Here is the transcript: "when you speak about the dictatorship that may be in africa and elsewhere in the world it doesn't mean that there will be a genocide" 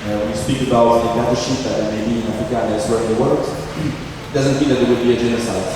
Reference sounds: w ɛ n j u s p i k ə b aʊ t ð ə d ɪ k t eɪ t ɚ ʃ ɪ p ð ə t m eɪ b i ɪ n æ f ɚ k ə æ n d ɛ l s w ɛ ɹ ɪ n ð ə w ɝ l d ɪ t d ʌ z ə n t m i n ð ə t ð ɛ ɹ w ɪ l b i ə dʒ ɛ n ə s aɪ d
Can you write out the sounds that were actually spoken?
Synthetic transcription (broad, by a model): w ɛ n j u s p i k ə b aʊ t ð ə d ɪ t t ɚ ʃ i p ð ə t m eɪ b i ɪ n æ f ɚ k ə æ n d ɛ s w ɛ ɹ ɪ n ð ə w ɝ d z ɪ t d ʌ z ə n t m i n ð ə t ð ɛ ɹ w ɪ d b i ə dʒ ɛ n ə s aɪ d